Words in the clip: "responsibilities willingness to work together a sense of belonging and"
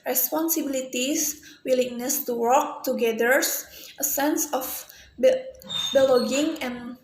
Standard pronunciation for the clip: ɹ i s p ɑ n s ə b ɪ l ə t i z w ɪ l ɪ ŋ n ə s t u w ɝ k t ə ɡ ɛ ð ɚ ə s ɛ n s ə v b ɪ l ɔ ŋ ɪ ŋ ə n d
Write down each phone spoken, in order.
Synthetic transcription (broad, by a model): ɹ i s p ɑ n s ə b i l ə t i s w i l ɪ ŋ n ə s t u w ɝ k t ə ɡ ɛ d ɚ ə s ɛ n s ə b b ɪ l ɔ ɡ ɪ ŋ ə n